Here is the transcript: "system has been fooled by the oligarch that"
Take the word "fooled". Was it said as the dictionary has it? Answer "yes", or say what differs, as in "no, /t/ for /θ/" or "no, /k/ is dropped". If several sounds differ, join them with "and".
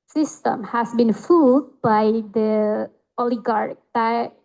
no, /l/ is dropped